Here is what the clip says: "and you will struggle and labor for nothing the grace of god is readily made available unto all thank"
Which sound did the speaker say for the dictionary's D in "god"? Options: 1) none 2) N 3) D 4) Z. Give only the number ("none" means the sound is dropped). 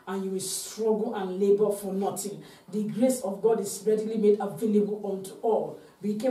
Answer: 3